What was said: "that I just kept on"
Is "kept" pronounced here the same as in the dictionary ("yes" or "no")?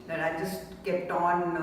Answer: no